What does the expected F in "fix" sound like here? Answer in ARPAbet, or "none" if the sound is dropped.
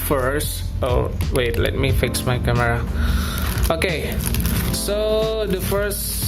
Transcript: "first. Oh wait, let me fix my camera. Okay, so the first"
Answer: F